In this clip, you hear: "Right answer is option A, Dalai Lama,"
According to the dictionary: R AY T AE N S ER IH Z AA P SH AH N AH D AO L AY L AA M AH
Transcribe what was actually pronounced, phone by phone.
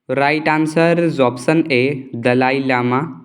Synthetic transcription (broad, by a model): R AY T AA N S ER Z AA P S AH N AH D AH L AY L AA M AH